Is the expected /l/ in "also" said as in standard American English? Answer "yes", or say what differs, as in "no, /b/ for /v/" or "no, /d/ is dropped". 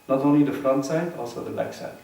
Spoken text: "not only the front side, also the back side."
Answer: yes